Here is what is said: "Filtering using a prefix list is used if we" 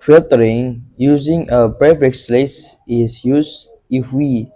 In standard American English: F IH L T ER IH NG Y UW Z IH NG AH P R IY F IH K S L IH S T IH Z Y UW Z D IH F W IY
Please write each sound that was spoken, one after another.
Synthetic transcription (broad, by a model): F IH L T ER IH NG Y UW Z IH NG AH B R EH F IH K S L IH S IH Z Y UW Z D IH F W IY